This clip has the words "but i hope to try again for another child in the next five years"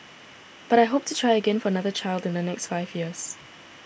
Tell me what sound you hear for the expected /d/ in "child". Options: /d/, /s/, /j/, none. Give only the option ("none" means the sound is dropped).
/d/